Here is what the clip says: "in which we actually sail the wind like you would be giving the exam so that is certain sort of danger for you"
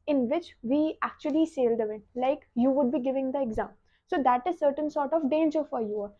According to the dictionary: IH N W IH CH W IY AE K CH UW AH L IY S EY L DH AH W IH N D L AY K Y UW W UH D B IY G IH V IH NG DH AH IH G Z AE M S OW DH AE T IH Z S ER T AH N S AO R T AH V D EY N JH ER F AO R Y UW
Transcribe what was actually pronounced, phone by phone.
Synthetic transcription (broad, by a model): IH N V IH CH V IY AE K CH UW AH L IY S EY L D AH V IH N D L AY K Y UW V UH D B IY G IH V IH NG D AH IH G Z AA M S OW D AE T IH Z S ER T AH N S AO R T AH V D EY N JH ER F AO R Y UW